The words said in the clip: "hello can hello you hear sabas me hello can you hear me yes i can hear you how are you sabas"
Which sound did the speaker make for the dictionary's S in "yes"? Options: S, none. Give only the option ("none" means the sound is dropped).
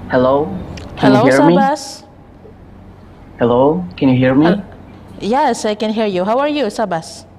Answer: S